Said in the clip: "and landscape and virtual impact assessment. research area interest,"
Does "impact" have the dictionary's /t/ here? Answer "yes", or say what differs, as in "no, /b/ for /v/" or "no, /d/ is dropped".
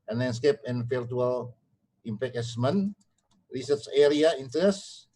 no, /t/ is dropped